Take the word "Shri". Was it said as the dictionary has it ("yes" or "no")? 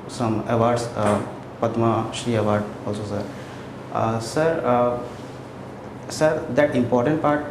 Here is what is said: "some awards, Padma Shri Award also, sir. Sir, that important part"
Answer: no